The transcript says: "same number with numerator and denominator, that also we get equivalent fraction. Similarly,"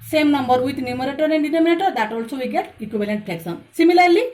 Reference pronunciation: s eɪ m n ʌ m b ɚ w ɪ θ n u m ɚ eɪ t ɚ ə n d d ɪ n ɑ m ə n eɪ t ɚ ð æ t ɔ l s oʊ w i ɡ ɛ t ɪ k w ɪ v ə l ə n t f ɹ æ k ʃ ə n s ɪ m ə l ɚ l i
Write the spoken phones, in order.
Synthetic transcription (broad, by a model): s eɪ m n ʌ m b ɚ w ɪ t n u m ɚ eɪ t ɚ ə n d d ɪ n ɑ m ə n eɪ t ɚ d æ t ɔ l s oʊ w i ɡ ɛ t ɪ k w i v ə l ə n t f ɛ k s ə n s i m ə l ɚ l i